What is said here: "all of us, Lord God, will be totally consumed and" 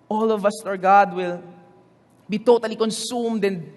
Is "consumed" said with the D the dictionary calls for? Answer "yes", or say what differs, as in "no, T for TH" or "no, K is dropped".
yes